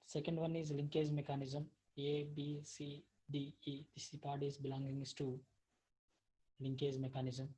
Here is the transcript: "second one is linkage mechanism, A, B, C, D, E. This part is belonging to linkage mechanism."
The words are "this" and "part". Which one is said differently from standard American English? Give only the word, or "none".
this